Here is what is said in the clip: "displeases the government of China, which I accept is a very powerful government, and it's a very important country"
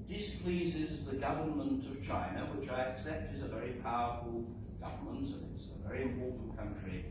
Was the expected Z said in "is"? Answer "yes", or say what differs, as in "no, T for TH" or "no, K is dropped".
yes